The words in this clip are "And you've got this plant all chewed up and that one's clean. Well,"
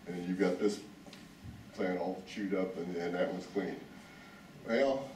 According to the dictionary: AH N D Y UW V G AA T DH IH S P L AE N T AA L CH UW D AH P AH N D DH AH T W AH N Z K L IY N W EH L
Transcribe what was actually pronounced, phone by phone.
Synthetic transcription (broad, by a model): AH N Y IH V G AA T DH IH S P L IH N AA L CH UW D AH P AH N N DH AH T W AH Z K L IY N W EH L